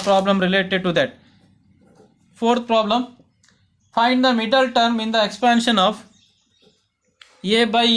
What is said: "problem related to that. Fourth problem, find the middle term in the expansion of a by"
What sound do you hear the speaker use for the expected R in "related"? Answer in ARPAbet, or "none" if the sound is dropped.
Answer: R